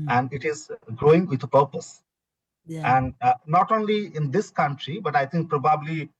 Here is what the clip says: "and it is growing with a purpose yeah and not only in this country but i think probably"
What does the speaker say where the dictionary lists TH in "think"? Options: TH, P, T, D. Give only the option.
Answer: T